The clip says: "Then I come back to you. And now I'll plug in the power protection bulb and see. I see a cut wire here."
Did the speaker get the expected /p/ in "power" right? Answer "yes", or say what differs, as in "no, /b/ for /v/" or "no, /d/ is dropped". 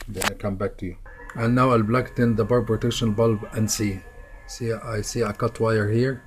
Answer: no, /b/ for /p/